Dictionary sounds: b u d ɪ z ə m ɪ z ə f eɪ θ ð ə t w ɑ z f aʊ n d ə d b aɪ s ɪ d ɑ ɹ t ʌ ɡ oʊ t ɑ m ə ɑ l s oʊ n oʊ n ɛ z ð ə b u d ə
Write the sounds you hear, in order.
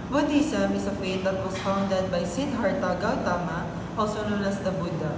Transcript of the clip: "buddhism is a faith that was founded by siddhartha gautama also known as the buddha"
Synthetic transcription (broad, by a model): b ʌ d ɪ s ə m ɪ s ə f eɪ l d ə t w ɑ s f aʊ n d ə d b aɪ s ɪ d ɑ ɹ t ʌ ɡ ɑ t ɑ m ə ɑ l s oʊ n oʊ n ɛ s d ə b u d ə